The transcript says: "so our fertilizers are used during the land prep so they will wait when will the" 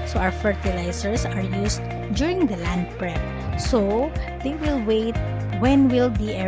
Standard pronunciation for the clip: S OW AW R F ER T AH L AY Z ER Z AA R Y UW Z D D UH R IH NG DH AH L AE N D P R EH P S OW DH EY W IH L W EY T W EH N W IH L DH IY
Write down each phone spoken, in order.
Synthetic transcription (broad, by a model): S OW AW R F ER T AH L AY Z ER S AA R Y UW S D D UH R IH NG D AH L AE N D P R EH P S OW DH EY W IH L W EY T W EH N W IH L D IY